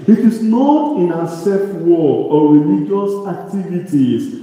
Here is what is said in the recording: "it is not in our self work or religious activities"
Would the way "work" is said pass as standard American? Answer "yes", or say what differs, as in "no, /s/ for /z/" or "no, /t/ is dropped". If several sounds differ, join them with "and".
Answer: no, /k/ is dropped